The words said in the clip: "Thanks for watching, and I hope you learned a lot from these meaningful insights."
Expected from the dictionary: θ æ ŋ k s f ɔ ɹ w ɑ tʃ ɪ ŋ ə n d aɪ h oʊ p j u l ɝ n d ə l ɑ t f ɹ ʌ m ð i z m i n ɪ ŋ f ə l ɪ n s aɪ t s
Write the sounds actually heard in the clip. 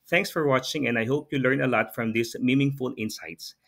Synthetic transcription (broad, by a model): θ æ ŋ k s f ɔ ɹ w ɑ tʃ ɪ ŋ ə n d aɪ h oʊ p j u l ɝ n ə l ɑ t f ɹ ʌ m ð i s m i n ɪ ŋ f ə l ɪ n s aɪ t s